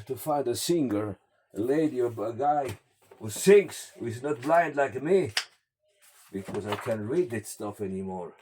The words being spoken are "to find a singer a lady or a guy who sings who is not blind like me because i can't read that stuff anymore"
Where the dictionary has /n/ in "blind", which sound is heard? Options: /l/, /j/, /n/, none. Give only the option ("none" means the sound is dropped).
/n/